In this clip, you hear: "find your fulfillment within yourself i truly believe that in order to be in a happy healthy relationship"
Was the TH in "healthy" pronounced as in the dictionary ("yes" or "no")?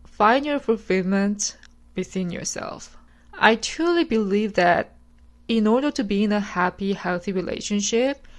yes